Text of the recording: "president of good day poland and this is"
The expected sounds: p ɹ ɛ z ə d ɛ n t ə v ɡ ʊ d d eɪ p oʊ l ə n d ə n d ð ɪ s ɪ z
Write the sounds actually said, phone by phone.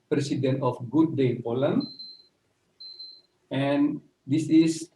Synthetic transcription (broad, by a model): p ɹ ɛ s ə d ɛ n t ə f ɡ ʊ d d eɪ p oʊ l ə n ə n d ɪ s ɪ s